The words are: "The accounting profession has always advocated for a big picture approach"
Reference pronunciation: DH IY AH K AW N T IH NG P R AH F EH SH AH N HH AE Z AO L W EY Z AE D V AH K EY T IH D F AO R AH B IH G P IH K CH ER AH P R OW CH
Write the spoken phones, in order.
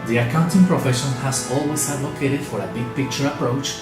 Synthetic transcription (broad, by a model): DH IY AH K AW N T IH NG P R AH F EH SH AH N HH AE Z AO L W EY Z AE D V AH K EY T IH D F AO R AH B IH G P IH K CH ER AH P R OW CH